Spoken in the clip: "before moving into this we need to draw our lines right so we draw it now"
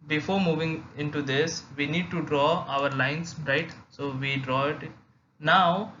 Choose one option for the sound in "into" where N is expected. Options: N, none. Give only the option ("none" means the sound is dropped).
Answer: N